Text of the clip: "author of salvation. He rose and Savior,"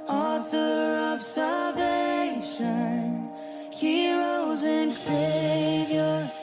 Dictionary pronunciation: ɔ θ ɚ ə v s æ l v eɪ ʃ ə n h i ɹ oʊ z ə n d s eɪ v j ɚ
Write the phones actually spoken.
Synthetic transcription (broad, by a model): ɔ θ ɚ ə v s æ l v eɪ ʃ ə n h i ɹ oʊ z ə n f eɪ v j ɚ